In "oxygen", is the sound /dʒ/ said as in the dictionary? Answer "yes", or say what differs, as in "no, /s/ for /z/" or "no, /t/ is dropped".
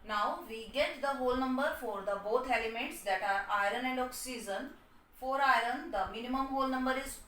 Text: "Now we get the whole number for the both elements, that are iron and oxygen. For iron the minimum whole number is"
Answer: no, /z/ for /dʒ/